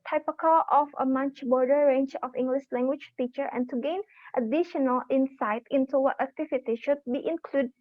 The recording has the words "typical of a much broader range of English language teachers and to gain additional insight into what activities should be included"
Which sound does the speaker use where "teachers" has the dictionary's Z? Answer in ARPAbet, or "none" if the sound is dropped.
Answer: none